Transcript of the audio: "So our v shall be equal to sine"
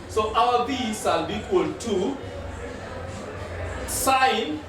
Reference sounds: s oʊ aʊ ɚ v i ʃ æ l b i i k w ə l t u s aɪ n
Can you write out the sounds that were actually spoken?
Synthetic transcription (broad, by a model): s oʊ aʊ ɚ b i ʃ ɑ l b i i k w ə l t u s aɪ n